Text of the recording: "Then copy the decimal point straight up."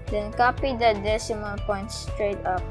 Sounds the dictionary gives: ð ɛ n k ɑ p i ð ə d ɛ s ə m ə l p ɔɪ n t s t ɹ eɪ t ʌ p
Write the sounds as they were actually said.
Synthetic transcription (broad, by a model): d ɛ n k ɑ p i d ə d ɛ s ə m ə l p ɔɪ n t s t ɹ eɪ t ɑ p